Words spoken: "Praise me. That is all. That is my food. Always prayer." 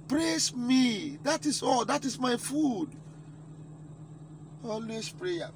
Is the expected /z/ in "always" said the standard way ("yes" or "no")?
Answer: no